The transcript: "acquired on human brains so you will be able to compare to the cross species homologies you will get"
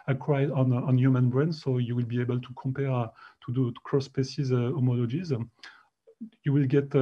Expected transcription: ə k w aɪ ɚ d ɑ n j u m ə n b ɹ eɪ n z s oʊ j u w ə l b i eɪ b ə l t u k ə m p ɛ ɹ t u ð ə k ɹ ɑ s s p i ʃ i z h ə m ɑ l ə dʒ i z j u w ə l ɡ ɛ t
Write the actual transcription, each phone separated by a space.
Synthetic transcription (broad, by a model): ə k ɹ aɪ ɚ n ɑ n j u m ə n b ɹ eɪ n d s oʊ j u w ə l b i eɪ b ə l t u k ə m p ɛ ɹ t u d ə k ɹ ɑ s s p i s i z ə m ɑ l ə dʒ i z j u w ə l ɡ ɛ t